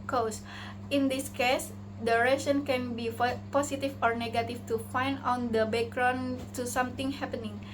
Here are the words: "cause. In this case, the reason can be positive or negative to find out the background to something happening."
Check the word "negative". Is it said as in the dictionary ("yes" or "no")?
no